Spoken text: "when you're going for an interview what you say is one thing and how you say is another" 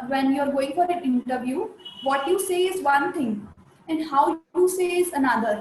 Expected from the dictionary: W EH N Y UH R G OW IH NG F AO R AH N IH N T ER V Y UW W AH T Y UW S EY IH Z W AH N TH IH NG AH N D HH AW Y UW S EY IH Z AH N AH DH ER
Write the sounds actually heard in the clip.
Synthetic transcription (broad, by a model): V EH N Y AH R G OW IH NG F AO R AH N IH N T ER V Y UW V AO T Y UW S EY IH Z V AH N T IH NG AH N D HH AW Y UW S EY IH Z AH N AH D ER